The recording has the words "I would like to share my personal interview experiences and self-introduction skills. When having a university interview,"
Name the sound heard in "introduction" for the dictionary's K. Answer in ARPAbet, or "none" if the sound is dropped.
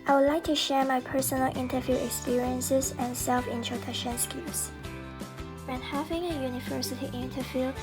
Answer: none